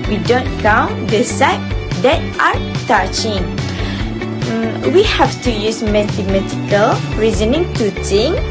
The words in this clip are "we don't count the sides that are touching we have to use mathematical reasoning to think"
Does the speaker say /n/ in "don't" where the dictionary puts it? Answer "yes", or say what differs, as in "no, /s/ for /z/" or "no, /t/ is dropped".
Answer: yes